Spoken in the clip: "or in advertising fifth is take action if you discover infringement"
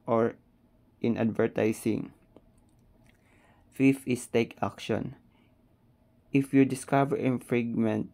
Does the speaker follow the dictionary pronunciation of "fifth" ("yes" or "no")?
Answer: no